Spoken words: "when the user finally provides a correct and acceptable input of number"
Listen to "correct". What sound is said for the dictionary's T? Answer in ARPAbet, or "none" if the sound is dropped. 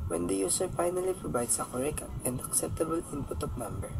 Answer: none